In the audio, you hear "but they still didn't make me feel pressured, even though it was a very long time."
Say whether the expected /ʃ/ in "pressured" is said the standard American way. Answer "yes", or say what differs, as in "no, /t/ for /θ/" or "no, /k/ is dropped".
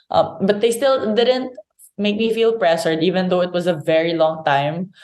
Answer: no, /s/ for /ʃ/